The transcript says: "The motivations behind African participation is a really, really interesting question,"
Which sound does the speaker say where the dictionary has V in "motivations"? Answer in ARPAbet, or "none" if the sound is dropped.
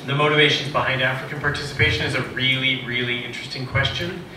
V